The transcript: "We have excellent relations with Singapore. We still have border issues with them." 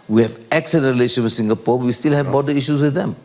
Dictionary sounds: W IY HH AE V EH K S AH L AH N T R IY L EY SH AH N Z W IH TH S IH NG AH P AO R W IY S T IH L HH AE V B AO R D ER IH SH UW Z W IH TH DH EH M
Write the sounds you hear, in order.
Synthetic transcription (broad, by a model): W IY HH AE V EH K S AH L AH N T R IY L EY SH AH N W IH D S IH NG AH P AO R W IY S T IH L HH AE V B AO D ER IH SH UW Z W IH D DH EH M